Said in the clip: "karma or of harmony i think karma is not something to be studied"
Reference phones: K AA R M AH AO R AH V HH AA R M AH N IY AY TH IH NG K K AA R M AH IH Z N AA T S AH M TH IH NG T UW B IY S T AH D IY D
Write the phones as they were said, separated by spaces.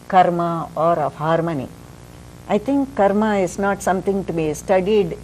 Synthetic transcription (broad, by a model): K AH R M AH AO R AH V HH AA R M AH N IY AY T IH NG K K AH R M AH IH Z N AA T S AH M T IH NG T UW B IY S T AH D IY D